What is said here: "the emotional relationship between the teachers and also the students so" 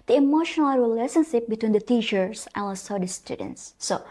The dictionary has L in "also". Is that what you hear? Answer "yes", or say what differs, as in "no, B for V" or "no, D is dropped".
no, L is dropped